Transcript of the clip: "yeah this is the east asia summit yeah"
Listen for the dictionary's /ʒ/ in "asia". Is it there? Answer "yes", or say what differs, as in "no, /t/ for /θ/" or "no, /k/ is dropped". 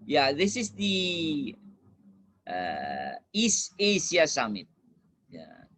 no, /s/ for /ʒ/